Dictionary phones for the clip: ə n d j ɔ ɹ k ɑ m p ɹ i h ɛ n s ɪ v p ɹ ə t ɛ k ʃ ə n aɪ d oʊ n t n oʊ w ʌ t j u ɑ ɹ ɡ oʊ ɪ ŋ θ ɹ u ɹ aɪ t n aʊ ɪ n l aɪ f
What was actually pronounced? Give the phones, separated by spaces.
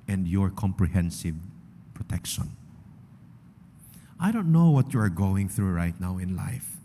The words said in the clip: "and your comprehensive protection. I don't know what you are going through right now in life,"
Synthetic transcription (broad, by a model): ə n d j ɔ ɹ k ɑ m p ɹ i h ɛ n s ɪ v p ɹ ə t ɛ k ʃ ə n aɪ d oʊ n t n oʊ w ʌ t j u ɑ ɹ ɡ oʊ ɪ ŋ θ ɹ u ɹ aɪ t n aʊ ɪ n l aɪ f